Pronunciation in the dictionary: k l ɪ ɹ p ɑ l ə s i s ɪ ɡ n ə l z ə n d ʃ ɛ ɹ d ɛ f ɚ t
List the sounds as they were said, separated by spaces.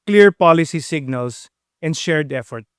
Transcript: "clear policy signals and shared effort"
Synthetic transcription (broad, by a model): k l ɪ ɹ p ɑ l ə s i s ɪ ɡ n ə l s ə n d ʃ ɛ ɹ d ɛ f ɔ t